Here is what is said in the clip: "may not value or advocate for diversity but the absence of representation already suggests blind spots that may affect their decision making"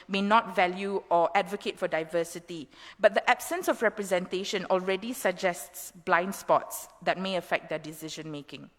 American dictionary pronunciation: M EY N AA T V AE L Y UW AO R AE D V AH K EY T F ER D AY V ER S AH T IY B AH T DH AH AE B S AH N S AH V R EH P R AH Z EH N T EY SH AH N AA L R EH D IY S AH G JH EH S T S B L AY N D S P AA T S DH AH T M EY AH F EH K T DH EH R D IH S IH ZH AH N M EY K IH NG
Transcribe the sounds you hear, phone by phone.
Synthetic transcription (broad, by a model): M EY N AA T V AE L Y UW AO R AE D V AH K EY T F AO D AY V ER S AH T IY B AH T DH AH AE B S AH N S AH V R EH P R AH Z EH N T EY SH AH N AA L R EH D IY S AH G JH EH S T S B L AY N D S P AA T S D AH T M EY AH F EH K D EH D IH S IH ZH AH N M EY K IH NG